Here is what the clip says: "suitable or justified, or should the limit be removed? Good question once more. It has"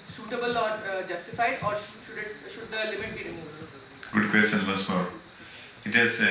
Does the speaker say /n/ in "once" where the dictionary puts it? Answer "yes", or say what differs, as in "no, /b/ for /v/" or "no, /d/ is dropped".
no, /n/ is dropped